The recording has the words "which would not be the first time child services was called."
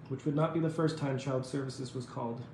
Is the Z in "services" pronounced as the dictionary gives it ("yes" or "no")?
yes